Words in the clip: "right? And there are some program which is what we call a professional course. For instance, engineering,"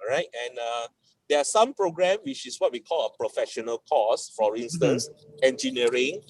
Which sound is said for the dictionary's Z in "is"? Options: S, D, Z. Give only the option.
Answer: S